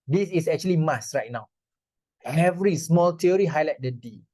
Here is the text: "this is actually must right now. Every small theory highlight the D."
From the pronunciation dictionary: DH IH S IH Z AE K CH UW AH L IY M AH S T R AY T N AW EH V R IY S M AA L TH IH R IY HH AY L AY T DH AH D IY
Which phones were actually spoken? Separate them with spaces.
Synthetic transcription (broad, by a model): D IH S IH S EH K CH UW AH L IY M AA S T R AY T N AW EH V R IY S M AA L T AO R IY HH AY L AY T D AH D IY